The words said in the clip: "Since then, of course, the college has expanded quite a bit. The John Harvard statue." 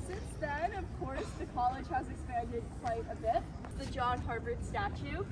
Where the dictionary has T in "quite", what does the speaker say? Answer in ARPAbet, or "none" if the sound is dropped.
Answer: T